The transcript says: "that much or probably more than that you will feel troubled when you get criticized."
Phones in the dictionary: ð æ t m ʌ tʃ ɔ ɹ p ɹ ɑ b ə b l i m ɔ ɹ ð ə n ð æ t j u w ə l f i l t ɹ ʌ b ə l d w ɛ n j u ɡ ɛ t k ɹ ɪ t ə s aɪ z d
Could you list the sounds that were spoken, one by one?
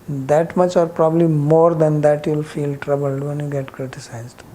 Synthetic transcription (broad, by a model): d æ t m ʌ tʃ ɔ ɹ p ɹ ɑ b ə b l i m ɔ ɹ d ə n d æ t j u l f i l t ɹ ʌ b ə l d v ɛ n j u ɡ ɛ t k ɹ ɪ t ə s aɪ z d